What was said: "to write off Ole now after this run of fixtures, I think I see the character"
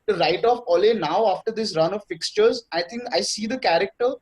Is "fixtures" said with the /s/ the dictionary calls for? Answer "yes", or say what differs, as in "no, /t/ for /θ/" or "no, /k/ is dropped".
yes